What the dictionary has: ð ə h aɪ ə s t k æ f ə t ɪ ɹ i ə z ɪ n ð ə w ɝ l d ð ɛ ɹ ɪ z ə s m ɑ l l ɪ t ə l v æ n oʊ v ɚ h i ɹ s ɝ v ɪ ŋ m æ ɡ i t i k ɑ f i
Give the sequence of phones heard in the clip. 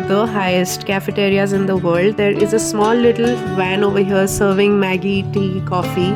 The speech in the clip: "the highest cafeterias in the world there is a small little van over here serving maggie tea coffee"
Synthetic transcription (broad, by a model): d ə h aɪ ə s t k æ f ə t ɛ ɹ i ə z ɪ n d ə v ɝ l d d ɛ ɹ ɪ z ə s m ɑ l l ɪ t ə l v æ n oʊ v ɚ h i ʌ s ɝ v ɪ ŋ m æ ɡ i t i k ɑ f i